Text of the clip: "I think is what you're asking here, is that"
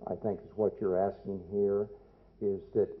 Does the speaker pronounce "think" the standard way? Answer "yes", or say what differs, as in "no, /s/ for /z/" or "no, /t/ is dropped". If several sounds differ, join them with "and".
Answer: yes